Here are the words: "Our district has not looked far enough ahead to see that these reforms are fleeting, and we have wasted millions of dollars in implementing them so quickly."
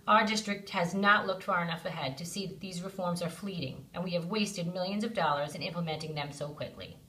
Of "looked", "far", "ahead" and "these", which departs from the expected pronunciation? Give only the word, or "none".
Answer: none